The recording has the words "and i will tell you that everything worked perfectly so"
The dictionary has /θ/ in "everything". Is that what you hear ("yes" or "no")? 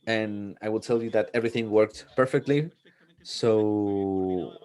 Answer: yes